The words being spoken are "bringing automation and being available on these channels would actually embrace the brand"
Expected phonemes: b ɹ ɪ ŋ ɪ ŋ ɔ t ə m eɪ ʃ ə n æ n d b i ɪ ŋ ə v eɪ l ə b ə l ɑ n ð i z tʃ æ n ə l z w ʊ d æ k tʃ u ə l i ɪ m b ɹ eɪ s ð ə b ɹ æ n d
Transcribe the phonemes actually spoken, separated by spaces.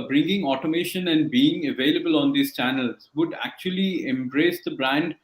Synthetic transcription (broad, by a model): b ɹ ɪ ŋ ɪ ŋ ɔ t ə m eɪ ʃ ə n æ n d b i ɪ ŋ ə v eɪ l ə b ə l ɑ n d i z tʃ æ n ə l z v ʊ d æ k tʃ u ə l i ɪ m b ɹ eɪ s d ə b ɹ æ n d